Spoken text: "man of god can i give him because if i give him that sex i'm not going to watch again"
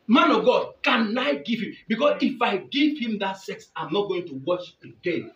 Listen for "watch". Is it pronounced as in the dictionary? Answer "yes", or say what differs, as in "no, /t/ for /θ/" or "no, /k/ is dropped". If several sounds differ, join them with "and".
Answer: no, /ʃ/ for /tʃ/